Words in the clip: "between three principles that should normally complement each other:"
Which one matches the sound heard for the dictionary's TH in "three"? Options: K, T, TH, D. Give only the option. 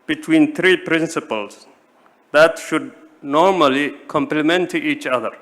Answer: T